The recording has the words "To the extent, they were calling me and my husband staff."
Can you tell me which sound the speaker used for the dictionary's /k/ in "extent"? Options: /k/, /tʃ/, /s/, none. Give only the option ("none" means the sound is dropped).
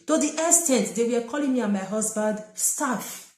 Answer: none